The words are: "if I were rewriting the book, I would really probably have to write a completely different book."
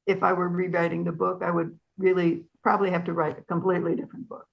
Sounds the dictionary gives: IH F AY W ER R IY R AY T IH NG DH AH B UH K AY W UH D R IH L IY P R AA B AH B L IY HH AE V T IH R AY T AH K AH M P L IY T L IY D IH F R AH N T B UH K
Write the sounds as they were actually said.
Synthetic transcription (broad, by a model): IH F AY W ER R IY R AY T IH NG DH AH B UH K AY W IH D R IH L IY P R AA B AH B L IY HH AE F T IH R AY T AH K AH M P L IY T L IY D IH F R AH N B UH K